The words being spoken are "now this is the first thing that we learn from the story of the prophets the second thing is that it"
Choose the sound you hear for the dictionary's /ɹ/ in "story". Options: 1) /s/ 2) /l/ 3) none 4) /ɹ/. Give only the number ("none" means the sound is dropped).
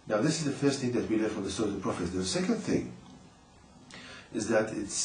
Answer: 3